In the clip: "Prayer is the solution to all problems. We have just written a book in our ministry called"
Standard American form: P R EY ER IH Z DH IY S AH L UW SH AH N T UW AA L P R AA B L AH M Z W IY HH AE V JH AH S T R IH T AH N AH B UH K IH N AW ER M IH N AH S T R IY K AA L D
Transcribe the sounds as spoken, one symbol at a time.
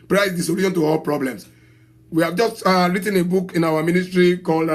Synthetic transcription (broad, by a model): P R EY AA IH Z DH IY S AH L UW SH AH N T UW AA L P R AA B L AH M S W IY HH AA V JH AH S T R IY T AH N AH B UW K IH N AW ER M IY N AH S T R IY K AA L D